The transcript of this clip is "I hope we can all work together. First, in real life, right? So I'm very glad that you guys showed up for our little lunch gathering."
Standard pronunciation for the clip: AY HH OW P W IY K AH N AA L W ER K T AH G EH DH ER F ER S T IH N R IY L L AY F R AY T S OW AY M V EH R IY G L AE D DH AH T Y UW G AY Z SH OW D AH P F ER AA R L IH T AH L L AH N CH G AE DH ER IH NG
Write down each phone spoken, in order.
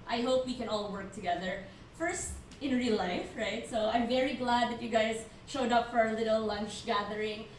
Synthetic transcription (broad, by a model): AY HH OW P W IY K AH N AA L W ER K T AH G EH DH ER F ER S T IH N R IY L L AY F R AY T S OW AY M V EH R IY G L AE D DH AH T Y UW G AY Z SH OW D AH P F ER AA L IH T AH L L AH N CH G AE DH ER IH NG